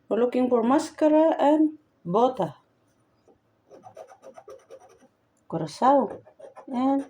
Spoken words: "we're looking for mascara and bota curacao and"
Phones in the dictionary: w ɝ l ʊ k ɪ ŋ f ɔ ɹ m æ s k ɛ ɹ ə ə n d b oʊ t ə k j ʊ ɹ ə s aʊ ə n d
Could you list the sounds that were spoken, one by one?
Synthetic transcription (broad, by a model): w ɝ l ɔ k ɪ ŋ p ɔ ɹ m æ s k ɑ ɹ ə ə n b oʊ t ə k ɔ ɹ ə s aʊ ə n